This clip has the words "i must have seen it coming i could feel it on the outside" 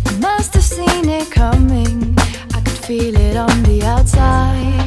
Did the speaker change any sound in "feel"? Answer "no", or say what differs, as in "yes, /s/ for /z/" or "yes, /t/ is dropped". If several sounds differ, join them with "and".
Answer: no